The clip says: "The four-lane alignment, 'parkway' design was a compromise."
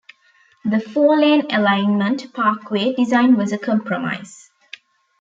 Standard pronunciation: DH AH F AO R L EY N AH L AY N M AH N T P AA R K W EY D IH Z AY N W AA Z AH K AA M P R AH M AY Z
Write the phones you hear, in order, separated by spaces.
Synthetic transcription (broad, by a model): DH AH F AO L EY N AH L AY N M AH N T P AA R K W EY D IH Z AY N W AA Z AH K AA M P R AH M AY Z